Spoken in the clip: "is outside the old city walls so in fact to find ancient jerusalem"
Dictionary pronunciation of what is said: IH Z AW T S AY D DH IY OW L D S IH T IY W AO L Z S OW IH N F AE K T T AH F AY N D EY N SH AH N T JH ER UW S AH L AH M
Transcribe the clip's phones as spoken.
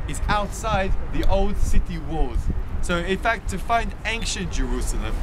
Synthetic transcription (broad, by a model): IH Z AW T S AY D DH IY OW L D S IH T IY W AO Z S OW IH N F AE K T T AH F AY N D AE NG SH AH N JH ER UW S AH L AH M